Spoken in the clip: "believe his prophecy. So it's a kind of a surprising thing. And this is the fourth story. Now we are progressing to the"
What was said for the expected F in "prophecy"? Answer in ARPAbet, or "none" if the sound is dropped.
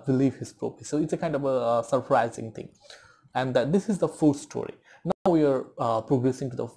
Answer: P